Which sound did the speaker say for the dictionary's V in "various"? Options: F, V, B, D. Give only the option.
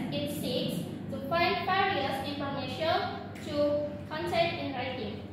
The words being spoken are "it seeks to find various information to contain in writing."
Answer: F